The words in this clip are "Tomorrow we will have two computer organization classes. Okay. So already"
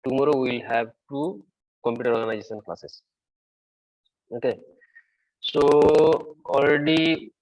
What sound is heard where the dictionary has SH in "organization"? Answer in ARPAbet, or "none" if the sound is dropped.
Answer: S